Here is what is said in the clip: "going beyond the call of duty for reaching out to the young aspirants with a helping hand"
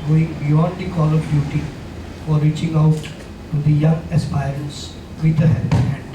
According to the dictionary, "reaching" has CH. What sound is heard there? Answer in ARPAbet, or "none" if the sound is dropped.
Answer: CH